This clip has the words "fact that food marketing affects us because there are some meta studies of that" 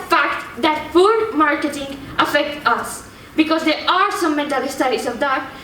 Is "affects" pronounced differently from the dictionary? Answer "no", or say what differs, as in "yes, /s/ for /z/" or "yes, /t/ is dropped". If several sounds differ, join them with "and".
yes, /s/ is dropped